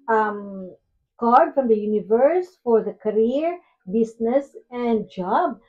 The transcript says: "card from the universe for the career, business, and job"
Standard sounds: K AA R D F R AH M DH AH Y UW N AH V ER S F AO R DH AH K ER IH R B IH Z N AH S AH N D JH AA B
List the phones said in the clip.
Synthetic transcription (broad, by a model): K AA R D F R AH M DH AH Y UW N AH V ER S F AO R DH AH K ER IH R B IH S N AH S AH N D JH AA B